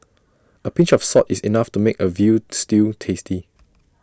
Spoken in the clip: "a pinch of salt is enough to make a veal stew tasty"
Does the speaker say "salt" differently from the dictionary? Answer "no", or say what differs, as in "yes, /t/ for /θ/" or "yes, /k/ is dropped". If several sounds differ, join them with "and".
yes, /l/ is dropped